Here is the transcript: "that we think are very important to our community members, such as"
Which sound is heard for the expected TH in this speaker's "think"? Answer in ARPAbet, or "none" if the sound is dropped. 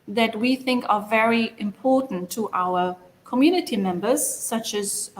TH